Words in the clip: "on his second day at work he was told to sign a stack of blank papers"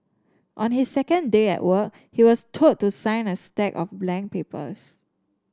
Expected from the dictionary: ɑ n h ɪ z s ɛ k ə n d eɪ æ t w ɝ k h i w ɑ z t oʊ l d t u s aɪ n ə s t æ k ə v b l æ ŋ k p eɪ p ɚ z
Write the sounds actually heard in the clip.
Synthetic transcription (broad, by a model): ɑ n h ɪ s ɛ k ə n d eɪ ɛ t w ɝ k h i w ɑ s t oʊ d t u s aɪ n ə s t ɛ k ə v b l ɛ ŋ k p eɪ p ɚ s